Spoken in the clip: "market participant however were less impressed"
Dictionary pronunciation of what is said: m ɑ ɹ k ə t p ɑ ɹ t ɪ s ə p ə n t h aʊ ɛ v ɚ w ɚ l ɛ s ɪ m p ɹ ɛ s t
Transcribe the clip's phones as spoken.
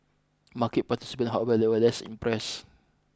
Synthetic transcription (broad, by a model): m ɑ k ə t p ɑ t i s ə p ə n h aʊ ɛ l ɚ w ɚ l ɛ s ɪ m p ɹ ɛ s